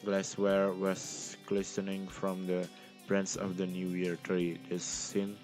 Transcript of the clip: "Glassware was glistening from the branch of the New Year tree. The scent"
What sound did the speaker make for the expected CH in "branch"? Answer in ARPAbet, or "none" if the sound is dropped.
S